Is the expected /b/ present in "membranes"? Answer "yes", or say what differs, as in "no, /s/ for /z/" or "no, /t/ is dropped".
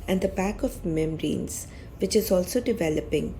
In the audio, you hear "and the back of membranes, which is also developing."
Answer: no, /b/ is dropped